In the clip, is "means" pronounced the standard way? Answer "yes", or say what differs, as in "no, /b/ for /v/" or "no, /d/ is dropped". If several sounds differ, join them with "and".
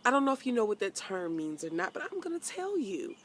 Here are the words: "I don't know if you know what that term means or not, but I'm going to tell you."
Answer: yes